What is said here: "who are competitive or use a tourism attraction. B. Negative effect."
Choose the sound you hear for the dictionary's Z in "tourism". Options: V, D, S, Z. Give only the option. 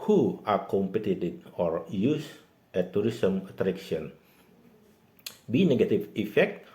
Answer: S